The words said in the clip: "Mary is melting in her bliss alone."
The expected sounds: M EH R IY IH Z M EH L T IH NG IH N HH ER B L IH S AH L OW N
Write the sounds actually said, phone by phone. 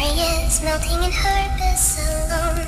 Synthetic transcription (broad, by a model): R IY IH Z M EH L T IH NG IH N HH ER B IH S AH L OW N